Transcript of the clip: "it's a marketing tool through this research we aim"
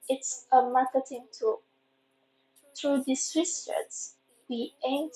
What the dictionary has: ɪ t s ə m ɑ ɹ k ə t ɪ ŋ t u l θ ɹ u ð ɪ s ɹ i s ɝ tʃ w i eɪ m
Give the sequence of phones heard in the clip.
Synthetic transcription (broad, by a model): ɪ t s ə m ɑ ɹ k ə t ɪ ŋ t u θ ɹ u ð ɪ s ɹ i s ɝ s w i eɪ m